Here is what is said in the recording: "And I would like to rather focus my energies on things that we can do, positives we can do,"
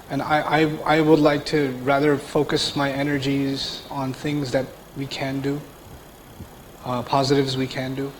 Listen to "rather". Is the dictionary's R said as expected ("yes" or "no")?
yes